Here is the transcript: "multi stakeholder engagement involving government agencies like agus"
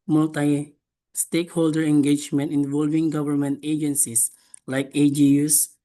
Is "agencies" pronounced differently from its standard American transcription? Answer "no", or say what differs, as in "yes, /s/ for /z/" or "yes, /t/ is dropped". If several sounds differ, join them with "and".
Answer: yes, /s/ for /z/